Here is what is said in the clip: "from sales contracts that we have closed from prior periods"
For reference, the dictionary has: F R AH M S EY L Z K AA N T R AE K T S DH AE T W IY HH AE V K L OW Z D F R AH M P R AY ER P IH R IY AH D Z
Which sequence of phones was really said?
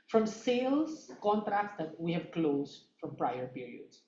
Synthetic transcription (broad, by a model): F R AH M S EY L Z K AA N T R AE K T S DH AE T W IY HH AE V K L OW Z D F R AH M P R AY ER P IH R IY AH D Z